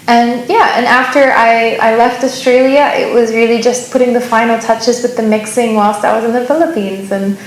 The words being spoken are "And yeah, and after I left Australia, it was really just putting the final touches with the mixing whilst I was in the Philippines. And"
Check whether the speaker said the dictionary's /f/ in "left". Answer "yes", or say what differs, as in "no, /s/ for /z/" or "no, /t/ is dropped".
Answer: yes